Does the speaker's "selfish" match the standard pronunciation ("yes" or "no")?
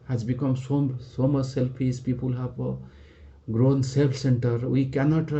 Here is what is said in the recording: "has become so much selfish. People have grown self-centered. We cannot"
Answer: no